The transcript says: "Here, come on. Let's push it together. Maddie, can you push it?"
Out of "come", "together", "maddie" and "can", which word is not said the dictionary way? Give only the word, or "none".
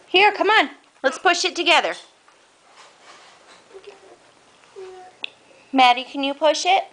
none